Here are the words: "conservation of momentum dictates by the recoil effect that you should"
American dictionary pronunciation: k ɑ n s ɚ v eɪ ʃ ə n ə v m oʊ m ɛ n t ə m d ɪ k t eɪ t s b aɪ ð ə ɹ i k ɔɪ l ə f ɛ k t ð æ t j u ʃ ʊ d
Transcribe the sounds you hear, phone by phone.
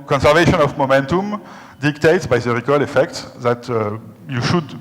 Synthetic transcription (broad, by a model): k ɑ n s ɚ v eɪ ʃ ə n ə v m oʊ m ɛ n t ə m d ɪ k t eɪ t s b aɪ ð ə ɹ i k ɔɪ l ə f ɛ k t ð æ t j u ʃ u d